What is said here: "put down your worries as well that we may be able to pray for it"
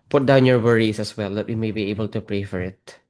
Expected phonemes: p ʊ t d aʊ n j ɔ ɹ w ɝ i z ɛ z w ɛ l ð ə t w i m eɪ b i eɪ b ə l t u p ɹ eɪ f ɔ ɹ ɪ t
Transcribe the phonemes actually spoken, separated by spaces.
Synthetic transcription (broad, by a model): p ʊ t d aʊ n j ɔ ɹ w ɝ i s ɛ s w ɛ l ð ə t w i m eɪ b i eɪ b ə l t u p ɹ eɪ f ɔ ɹ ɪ t